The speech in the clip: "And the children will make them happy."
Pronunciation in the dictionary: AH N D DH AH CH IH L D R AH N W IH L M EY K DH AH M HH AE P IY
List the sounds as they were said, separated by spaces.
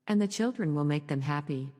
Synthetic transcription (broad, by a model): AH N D DH AH CH IH L D R AH N W IH L M EY K DH AH M HH AE P IY